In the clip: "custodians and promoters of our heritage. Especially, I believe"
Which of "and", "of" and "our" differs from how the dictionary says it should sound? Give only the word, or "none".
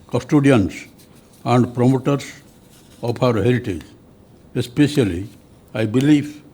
of